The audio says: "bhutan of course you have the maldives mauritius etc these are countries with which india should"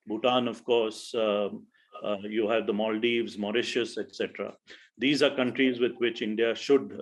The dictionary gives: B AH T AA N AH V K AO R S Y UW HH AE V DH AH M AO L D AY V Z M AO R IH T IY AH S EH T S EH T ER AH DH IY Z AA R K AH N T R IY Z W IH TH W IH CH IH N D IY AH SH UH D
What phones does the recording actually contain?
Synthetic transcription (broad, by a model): B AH T AA N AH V K AO R S Y UW HH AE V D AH M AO L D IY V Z M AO R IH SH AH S EH T S EH T ER AH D IY Z AA R K AH N T R IY Z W IH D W IH CH IH N D IY AH SH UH D